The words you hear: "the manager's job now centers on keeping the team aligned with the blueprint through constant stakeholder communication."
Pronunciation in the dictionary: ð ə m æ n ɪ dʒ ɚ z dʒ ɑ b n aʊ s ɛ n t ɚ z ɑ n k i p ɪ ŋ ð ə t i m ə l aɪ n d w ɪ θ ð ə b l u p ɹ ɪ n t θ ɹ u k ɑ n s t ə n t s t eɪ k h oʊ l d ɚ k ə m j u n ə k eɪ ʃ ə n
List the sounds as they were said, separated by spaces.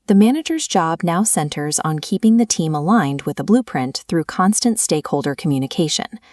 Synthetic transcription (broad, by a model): ð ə m æ n ɪ dʒ ɚ z dʒ ɑ b n aʊ s ɛ n t ɚ z n k i p ɪ ŋ ð ə t i m ə l aɪ n d w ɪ ð ə b l u p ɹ ɪ n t θ ɹ u k ɑ n s t ə n t s t eɪ k h oʊ l d ɚ k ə m j u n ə k eɪ ʃ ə n